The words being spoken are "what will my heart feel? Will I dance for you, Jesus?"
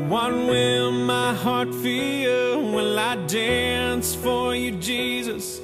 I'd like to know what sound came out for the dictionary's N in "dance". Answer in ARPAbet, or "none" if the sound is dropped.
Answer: N